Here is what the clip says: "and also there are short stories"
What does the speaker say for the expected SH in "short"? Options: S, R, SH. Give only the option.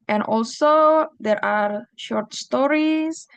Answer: SH